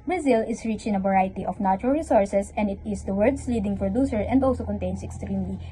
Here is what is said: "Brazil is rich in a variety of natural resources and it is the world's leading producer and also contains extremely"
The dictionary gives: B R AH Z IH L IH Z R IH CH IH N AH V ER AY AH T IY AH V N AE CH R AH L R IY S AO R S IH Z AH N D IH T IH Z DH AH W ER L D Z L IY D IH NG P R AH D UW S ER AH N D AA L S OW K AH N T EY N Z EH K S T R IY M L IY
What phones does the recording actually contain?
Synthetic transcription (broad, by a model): B R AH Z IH L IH S R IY CH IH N AH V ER AY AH T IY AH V N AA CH R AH L R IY S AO R S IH S AH N D IH T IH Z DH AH W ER D S L IY D IH NG P R AH D UW S ER AH N D AA L S OW K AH N T EY N S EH K S T R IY M L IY